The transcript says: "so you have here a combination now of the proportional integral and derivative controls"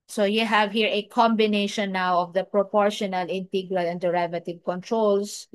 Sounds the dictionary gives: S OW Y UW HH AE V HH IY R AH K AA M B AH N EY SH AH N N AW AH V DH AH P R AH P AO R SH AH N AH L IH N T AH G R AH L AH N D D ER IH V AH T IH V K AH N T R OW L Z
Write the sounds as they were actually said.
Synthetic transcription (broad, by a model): S OW Y UW HH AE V HH IY R AH K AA M B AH N EY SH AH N N AW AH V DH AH P R AH P AO R SH AH N AH L IH N T AH G R AH L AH N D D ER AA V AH T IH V K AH N T R OW L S